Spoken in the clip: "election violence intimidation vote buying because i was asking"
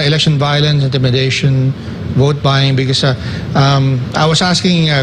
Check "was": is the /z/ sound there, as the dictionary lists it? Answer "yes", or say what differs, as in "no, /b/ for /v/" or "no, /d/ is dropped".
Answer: no, /s/ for /z/